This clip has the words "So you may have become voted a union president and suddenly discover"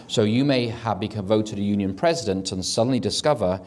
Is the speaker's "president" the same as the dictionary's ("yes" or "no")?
yes